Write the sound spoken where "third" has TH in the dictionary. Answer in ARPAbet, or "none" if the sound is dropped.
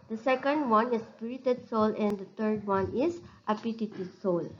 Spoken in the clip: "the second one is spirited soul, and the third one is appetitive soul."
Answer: T